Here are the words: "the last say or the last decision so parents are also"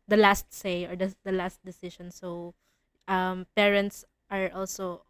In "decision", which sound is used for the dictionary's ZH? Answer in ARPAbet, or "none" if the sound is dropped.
SH